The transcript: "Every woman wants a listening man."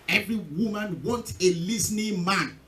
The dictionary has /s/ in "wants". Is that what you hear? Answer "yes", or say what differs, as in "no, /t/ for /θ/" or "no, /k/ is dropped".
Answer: no, /s/ is dropped